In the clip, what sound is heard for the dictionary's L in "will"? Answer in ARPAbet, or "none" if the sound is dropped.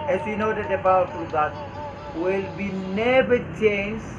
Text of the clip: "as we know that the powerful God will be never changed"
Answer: L